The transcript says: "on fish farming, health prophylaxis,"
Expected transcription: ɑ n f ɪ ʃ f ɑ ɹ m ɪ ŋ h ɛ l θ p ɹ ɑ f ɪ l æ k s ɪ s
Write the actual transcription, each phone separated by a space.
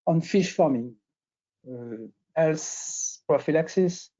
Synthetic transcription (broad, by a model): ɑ n f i ʃ f ɑ ɹ m ɪ ŋ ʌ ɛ l s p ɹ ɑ f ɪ l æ k s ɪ s